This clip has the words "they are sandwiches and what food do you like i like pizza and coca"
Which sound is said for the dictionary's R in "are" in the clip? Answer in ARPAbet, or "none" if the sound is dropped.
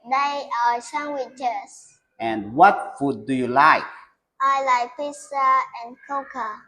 W